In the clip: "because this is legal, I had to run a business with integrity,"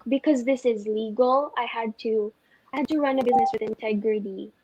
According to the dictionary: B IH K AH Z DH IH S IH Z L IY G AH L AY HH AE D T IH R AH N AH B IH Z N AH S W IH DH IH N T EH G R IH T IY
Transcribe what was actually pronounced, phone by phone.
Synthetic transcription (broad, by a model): B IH K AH Z DH IH S IH Z L IY G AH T AY HH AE D T IH R AH N AH B IH Z N AH S W IH DH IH N T EH G R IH T IY